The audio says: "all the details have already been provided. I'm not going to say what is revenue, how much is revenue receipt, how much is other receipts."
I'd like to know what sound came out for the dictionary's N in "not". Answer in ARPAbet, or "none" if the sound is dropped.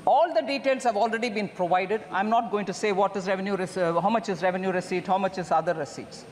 N